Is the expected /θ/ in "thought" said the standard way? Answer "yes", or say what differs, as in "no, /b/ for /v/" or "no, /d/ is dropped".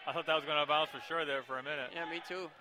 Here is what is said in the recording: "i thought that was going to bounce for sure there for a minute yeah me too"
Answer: yes